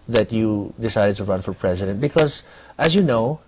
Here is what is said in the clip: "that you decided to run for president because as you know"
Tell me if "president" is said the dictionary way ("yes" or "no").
yes